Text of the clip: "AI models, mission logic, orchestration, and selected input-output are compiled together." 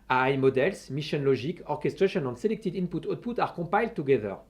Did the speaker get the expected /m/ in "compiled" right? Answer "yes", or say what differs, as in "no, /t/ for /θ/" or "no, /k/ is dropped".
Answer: no, /m/ is dropped